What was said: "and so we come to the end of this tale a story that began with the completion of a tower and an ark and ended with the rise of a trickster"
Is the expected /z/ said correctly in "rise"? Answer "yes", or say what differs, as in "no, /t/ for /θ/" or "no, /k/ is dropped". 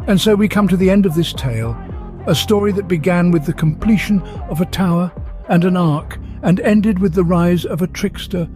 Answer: yes